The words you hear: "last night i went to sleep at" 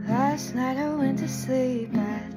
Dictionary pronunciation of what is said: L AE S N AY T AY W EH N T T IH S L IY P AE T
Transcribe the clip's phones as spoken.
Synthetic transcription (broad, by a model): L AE S N AY T AY W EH N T T IH S L IY P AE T